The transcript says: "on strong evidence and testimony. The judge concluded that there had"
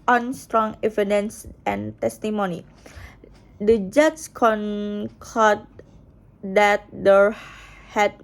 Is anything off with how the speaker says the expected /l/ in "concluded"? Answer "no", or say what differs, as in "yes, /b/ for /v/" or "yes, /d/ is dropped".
yes, /l/ is dropped